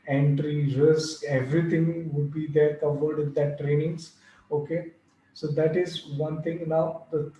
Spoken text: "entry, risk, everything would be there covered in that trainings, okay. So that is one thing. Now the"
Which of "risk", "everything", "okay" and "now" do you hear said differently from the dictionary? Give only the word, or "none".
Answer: everything